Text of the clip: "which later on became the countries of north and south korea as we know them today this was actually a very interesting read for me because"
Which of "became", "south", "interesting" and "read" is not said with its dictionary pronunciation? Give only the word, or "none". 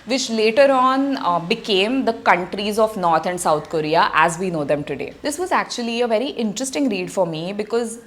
south